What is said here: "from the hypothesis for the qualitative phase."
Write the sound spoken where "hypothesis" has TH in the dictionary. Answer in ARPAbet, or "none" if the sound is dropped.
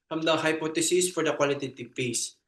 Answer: T